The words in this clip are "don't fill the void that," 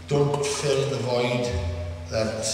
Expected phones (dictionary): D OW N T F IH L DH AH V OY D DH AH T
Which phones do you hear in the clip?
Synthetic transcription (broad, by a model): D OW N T F IH L DH AH V OY D DH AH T